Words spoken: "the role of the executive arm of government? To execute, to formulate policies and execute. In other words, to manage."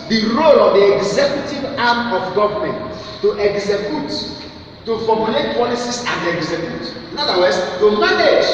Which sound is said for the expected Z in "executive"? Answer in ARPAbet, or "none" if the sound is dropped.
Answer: Z